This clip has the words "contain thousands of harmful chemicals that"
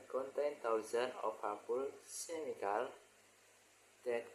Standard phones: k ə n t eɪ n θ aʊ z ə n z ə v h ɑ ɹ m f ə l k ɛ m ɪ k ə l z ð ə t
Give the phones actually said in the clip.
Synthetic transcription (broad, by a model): k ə n t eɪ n t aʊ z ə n ə f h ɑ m p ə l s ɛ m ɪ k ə l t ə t